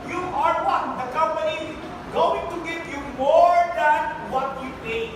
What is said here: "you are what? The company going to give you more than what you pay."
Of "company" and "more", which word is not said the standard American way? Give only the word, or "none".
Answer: none